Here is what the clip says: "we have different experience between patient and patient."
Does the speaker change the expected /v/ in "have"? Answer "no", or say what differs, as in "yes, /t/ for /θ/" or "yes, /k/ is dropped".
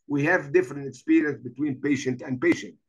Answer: no